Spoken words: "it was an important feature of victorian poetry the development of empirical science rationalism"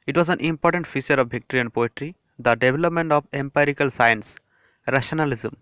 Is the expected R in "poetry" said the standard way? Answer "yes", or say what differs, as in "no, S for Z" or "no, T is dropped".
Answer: yes